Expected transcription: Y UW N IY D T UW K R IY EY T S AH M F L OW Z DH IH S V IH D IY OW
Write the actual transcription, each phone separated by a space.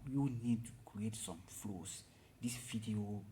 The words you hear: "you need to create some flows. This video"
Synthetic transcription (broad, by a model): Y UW N IY D T UW K R IY EY T S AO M F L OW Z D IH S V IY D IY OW